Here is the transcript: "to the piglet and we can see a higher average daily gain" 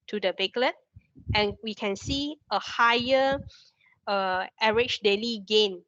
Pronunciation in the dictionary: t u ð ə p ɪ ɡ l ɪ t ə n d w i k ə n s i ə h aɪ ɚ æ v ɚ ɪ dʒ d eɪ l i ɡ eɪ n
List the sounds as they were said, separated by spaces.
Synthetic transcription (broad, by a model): t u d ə b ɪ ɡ l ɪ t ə n w i k ə n s i ə h aɪ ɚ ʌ ɚ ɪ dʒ d eɪ l i ɡ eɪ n